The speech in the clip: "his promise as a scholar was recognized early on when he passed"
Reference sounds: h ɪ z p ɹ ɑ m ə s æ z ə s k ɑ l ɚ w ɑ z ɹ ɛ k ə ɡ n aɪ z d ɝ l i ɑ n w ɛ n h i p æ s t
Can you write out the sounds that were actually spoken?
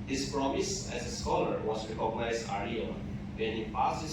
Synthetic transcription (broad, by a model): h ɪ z p ɹ ɑ m ə s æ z ə s k ɑ l ɚ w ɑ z ɹ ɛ k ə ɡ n aɪ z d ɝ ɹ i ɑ l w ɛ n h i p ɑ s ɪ